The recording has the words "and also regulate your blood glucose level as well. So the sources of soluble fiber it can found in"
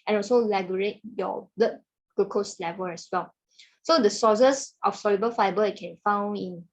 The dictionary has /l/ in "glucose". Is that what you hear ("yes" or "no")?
no